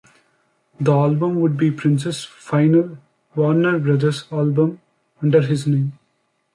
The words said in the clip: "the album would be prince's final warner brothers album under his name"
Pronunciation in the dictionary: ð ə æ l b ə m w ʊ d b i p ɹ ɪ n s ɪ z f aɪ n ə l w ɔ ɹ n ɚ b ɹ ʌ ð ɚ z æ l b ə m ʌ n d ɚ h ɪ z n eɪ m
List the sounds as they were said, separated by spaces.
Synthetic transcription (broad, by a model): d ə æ l b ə m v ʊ d b i p ɹ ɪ n s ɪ s f aɪ n ə l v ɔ ɹ n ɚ b ɹ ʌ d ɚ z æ l b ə m ʌ n d ɚ h ɪ z n eɪ m